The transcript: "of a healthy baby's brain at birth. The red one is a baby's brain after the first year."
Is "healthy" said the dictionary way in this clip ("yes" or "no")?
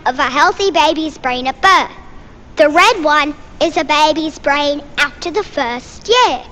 yes